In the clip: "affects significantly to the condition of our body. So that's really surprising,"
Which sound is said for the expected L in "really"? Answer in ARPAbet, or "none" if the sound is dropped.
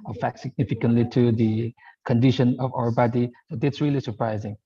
L